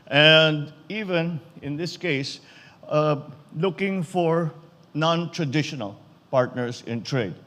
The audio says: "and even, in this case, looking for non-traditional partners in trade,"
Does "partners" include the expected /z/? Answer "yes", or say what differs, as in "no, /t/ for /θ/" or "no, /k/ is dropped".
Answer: no, /s/ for /z/